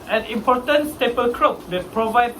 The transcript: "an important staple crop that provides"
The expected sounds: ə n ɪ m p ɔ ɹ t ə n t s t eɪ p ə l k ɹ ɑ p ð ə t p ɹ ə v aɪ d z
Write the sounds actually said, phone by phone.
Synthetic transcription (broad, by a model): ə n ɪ m p ɔ t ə n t s t eɪ p ə l k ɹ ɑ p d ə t p ɹ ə v aɪ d